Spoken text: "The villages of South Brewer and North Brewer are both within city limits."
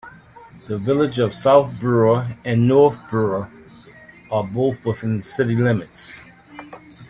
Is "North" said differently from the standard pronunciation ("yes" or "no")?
no